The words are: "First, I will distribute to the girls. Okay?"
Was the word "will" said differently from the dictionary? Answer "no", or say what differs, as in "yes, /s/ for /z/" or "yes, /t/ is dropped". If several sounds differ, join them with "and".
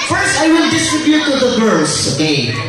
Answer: no